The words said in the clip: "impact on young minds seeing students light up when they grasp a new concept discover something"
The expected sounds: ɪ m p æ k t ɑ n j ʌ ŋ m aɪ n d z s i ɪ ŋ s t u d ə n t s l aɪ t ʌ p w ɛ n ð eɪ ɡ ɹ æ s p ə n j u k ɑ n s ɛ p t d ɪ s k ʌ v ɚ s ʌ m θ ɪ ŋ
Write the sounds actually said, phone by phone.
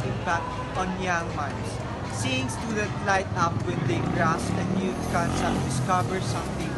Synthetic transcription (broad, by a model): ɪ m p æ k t ɑ n j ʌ ŋ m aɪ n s s i ɪ ŋ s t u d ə t l aɪ t ʌ p w ɛ n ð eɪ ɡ ɹ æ s ə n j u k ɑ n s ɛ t d ɪ s k ʌ v ɚ s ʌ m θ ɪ ŋ